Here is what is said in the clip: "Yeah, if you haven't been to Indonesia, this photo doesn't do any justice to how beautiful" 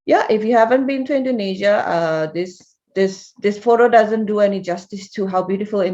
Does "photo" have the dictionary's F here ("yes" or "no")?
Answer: yes